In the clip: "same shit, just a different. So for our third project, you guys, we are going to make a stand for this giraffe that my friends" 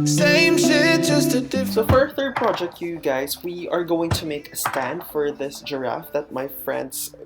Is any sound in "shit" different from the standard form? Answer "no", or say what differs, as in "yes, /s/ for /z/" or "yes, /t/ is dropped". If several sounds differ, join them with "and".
yes, /s/ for /ʃ/